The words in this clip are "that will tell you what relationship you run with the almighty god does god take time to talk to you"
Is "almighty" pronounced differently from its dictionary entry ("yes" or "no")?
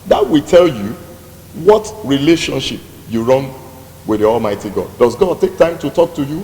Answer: no